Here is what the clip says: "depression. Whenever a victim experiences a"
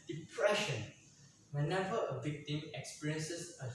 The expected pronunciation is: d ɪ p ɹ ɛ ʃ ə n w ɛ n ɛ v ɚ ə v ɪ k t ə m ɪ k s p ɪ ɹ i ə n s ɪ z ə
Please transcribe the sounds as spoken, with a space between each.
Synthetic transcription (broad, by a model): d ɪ p ɹ ɛ ʃ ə n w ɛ n ɛ v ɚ ə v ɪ k t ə m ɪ k s p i ɹ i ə n s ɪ s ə